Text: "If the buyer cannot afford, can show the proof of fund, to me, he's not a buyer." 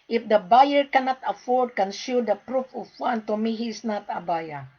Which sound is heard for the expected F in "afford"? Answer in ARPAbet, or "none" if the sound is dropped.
F